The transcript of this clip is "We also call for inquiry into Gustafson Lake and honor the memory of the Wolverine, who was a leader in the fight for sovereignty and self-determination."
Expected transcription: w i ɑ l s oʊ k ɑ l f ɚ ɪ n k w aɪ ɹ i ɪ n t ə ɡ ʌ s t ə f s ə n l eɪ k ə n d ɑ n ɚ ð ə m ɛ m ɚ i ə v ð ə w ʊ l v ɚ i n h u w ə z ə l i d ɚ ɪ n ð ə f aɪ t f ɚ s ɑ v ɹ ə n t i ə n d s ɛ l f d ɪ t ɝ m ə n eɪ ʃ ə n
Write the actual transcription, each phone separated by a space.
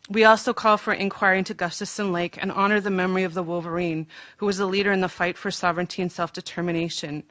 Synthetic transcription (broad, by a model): w i ɑ l s oʊ k ɑ l f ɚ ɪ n k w aɪ ɹ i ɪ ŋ t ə ɡ ʌ s t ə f s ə n l eɪ k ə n ɑ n ɚ ð ə m ɛ m ɚ i ə v ð ə w ʊ l v ɚ i n h u w ə z ə l i d ɚ ɪ n ð ə f aɪ t f ɚ s ɑ v ɹ ə n t i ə n s ɛ l f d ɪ t ɝ m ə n eɪ ʃ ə n